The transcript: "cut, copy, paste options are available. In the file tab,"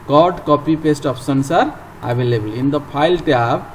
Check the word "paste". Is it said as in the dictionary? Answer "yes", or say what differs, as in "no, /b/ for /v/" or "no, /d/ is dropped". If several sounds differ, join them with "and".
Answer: yes